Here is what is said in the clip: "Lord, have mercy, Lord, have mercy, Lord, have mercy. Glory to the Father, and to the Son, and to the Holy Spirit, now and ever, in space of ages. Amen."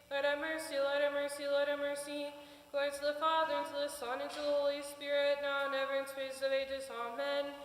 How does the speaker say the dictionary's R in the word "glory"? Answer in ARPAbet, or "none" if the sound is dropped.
none